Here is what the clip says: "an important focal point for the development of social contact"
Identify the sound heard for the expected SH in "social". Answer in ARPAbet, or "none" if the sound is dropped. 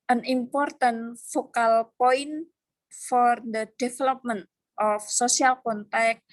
S